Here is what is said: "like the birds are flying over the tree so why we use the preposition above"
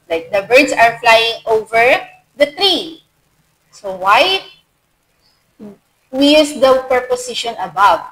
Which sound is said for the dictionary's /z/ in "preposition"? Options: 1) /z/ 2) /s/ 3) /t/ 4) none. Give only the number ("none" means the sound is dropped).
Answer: 2